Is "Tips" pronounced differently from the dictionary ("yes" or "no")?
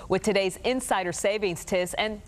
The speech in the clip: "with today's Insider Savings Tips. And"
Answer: yes